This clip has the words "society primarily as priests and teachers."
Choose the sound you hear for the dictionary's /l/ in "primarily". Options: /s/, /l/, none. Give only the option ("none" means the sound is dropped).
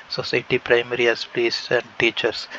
none